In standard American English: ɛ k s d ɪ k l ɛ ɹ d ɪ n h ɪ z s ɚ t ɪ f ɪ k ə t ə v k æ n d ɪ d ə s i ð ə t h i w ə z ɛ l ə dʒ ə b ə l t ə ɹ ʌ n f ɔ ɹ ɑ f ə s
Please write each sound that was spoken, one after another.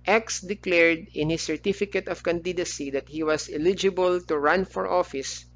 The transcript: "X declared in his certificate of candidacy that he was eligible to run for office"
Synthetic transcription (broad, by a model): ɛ k s d ɪ k l ɛ ɹ d ɪ n h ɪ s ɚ t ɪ f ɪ k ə t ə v k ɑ n d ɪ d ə s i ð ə t h i w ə s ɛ l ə dʒ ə b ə l t ə ɹ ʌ n f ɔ ɹ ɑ f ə s